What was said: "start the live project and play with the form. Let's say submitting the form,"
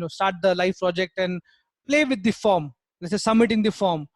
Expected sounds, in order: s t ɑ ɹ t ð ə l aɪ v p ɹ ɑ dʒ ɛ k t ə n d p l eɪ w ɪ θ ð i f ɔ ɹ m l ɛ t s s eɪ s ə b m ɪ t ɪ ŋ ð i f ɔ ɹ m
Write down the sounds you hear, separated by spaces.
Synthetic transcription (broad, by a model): s t ɑ ɹ t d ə l aɪ f p ɹ ɑ dʒ ɛ k t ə n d p l eɪ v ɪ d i f ɔ ɹ m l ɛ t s s eɪ s ə b m ɪ t ɪ ŋ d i f ɔ ɹ m